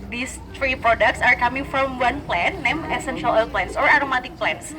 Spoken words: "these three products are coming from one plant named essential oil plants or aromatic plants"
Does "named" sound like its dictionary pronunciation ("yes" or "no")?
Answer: no